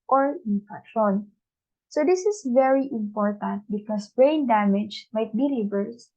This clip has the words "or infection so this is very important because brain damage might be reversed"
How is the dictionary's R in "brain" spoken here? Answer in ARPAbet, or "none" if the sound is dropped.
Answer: R